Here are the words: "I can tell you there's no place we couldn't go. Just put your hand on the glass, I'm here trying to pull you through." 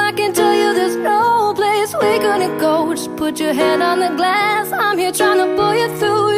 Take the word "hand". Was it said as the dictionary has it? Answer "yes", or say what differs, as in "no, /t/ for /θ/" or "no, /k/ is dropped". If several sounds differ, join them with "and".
no, /n/ is dropped